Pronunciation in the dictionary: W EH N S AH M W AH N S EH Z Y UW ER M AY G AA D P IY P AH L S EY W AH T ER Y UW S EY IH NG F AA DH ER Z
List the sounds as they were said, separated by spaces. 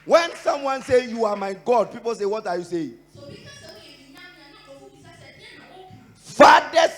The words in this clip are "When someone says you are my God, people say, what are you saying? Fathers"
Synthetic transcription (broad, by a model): W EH N S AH M W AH N S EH Y UW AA M AY G AA D P IY P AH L S EY W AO T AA Y UW S EY IH NG F AA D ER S